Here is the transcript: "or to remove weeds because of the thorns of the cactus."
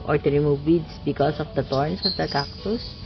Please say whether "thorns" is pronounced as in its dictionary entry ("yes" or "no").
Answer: no